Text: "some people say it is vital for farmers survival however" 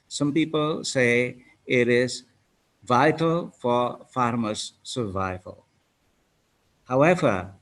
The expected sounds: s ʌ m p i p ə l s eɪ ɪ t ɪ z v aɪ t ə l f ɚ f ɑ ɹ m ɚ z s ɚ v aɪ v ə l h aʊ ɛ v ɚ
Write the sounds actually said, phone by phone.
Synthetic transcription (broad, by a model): s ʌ m p i p ə l s eɪ ɪ t ɪ z v aɪ t ə l f ɚ f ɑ ɹ m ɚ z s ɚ v aɪ v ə l h aʊ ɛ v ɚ